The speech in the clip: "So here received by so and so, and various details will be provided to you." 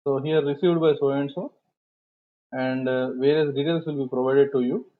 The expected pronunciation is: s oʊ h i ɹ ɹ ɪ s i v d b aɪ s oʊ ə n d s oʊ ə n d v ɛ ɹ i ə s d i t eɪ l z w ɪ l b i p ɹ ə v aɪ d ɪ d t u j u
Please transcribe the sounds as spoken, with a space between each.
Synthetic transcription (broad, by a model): s oʊ h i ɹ ɹ ɪ s i v d b aɪ s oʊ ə n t s oʊ ə n d v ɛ ɹ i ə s d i t eɪ l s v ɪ l b i p ɹ ə v aɪ d ɪ d t u j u